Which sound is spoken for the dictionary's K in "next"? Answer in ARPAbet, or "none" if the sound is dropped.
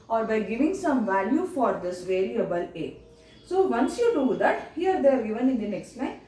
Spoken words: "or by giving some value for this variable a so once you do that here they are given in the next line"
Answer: K